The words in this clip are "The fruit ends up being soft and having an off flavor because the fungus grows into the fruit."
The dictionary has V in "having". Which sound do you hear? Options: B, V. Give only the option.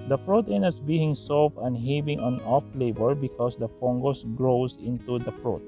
B